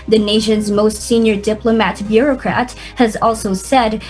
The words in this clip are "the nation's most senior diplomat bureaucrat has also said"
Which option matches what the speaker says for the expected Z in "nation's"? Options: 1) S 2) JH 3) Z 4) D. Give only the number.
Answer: 3